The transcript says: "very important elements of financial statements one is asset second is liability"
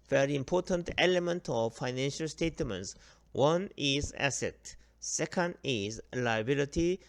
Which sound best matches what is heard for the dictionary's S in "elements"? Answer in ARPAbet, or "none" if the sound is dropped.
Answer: none